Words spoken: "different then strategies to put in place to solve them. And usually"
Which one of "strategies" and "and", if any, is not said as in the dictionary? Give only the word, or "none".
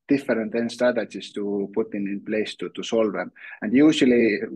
strategies